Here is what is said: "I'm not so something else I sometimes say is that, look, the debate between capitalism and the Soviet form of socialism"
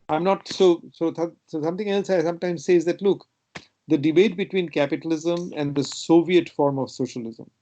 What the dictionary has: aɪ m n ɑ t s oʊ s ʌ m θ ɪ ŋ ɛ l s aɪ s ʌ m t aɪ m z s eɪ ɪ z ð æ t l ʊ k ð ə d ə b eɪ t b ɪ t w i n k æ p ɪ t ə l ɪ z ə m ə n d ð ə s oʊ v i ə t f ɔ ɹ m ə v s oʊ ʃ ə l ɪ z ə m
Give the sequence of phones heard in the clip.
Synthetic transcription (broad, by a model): aɪ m n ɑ t s oʊ s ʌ m t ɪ ŋ ɛ l s aɪ s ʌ m t aɪ m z s eɪ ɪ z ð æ t l ʊ k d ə d ə b eɪ t b ɪ t w i n k æ p ɪ t ə l ɪ z ə m ə n d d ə s oʊ v i ə t f ɔ ɹ m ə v s oʊ ʃ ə l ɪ z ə m